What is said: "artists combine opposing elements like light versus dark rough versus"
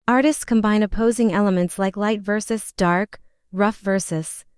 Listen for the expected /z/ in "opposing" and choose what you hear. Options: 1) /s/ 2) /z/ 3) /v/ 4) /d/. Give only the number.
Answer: 2